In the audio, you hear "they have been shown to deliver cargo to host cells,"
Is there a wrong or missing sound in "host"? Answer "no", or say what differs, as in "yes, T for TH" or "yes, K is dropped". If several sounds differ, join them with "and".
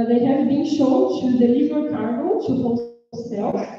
yes, S is dropped